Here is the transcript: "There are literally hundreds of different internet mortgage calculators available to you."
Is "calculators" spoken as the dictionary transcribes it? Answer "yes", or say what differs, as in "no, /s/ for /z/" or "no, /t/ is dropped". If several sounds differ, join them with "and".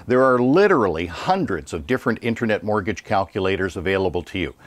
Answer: yes